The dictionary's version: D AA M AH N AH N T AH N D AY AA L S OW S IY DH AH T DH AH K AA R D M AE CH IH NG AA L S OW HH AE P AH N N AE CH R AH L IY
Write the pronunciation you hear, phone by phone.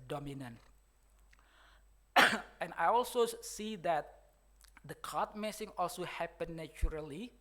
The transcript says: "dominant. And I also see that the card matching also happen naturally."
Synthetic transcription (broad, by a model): D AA M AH N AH N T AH N AY AA L S OW S IY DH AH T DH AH K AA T M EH S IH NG AA L S OW HH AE P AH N N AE CH R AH L IY